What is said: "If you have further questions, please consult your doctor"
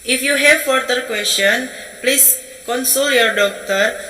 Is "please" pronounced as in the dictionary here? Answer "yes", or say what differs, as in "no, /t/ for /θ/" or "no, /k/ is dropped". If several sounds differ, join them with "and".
no, /s/ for /z/